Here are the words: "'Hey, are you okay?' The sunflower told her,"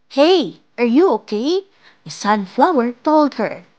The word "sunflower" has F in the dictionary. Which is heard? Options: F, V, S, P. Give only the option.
F